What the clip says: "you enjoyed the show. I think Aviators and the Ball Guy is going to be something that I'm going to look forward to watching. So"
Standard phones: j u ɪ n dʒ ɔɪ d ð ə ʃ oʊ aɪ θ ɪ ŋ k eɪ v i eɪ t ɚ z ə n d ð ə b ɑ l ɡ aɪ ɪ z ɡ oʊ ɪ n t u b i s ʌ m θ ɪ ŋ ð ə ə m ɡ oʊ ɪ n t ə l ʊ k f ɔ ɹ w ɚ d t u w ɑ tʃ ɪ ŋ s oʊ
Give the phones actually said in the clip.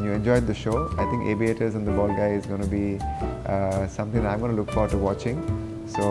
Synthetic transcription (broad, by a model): j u ɪ n dʒ ɔɪ d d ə ʃ oʊ aɪ t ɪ ŋ k eɪ b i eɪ t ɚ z ə n d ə b ɑ l ɡ aɪ ɪ z ɡ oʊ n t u b i s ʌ m t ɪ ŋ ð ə ə m ɡ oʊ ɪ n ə l ʊ k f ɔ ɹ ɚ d t u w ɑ tʃ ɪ ŋ s oʊ